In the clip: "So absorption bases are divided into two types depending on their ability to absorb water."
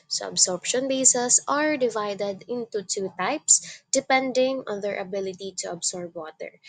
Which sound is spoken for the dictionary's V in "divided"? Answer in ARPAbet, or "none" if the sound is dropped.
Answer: V